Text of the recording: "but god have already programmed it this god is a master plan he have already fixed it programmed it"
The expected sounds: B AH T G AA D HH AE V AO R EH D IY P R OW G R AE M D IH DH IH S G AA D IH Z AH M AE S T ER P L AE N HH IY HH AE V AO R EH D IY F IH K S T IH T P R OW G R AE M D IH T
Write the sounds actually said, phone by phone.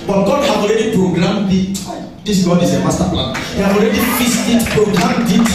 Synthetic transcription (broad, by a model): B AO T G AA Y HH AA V AO R EH D IY P R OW G R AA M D IH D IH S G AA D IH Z AH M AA S T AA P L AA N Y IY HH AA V AO R EH D IY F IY S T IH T P R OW G R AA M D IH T